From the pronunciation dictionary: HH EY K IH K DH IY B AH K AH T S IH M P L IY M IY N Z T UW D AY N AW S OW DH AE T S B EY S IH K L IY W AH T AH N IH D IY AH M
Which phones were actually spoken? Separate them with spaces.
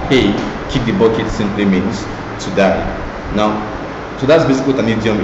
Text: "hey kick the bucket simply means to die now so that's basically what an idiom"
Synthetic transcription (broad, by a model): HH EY K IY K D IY B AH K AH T S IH M P L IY M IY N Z T UW D AY N AW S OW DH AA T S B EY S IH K IY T AH N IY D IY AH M